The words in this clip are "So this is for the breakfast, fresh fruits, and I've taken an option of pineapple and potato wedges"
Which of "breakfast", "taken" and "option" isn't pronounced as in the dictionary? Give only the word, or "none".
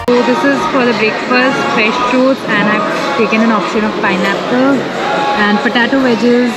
breakfast